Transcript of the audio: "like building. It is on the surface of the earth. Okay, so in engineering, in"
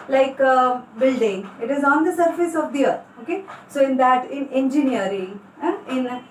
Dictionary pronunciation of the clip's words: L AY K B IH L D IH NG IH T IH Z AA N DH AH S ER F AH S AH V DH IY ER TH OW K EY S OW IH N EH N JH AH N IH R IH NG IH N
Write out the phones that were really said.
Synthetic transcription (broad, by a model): L AY K B IH L D IH NG IH T IH Z AA N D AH S ER F AH S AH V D IY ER T OW K EY S OW IH N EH N JH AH N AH R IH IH N